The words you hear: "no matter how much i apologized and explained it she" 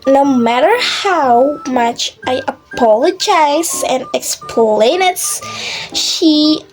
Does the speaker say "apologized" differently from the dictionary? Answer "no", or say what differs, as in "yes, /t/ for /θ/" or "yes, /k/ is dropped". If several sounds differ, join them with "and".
yes, /d/ is dropped